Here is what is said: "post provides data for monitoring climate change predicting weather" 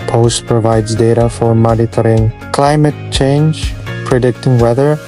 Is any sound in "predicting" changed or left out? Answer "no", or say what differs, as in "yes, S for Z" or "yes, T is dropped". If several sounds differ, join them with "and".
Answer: no